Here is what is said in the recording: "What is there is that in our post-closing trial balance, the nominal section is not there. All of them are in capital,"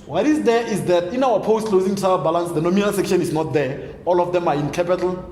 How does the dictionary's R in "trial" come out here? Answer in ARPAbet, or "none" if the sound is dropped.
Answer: none